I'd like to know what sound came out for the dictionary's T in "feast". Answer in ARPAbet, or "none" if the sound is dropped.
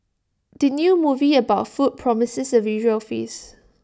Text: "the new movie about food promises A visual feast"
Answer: none